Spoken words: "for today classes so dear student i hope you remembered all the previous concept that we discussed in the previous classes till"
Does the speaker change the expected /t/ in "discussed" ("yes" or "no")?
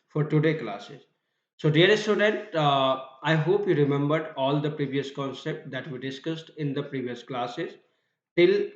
no